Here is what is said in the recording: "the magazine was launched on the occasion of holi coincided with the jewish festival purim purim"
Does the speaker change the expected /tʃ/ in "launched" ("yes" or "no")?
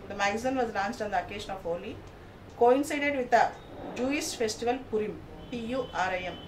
yes